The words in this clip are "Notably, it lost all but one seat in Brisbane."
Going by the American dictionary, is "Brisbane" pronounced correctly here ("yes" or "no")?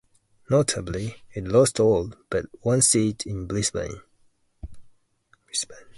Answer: no